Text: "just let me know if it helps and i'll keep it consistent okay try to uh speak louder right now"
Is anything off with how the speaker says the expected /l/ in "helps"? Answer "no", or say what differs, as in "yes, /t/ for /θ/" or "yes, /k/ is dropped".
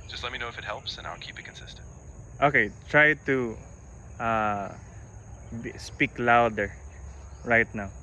no